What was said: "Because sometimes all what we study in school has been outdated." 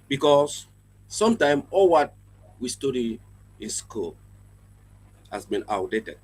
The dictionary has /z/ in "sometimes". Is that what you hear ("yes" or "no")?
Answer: no